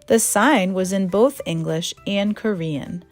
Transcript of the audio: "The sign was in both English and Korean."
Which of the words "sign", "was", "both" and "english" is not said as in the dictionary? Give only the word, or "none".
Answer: none